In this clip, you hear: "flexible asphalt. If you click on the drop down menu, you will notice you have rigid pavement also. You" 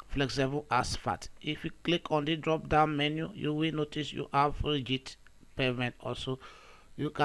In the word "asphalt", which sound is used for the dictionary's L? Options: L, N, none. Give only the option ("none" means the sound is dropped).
none